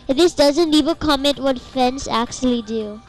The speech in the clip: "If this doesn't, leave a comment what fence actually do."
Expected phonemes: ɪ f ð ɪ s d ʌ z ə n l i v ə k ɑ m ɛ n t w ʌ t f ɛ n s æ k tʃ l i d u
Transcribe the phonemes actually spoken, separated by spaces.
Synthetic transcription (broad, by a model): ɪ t ð ɪ s d ʌ z ə n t i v ə k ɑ m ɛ n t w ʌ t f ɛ n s æ k tʃ l i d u